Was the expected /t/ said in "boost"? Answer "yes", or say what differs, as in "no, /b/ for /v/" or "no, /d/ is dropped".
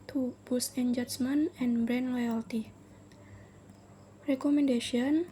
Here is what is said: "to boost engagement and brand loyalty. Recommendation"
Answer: no, /t/ is dropped